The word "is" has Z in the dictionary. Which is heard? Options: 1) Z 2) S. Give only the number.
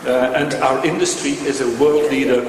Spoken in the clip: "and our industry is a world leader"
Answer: 1